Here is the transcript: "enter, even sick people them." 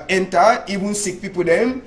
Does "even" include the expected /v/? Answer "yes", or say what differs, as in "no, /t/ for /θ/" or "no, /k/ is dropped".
no, /b/ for /v/